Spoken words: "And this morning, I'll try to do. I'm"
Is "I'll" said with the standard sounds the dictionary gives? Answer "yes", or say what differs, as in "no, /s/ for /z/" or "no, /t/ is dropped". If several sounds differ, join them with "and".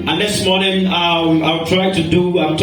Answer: no, /w/ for /l/